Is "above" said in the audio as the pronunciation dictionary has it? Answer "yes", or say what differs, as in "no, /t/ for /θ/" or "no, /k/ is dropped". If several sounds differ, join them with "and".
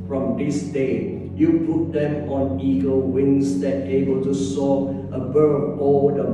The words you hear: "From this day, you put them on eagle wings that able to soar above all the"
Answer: no, /b/ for /v/